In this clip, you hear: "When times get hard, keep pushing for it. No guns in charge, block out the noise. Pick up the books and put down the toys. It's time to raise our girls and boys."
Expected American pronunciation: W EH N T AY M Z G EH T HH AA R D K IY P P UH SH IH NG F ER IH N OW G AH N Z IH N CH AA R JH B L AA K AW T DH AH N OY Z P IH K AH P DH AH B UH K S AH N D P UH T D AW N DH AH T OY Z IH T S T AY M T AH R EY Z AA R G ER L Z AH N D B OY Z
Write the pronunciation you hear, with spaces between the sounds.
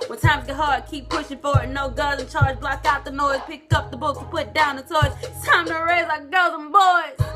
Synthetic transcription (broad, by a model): W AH N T AY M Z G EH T HH AA R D K IY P P UH SH IH NG F ER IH N OW G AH Z IH N CH AA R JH B L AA K AW T DH AH N OY Z P IH K AH P DH AH B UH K AH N P UH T D AW N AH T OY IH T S T AY M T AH R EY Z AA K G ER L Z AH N B OY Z